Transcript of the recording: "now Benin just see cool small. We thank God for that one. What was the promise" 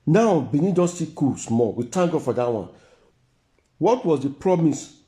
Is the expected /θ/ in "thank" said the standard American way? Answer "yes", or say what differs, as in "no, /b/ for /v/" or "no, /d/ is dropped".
no, /t/ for /θ/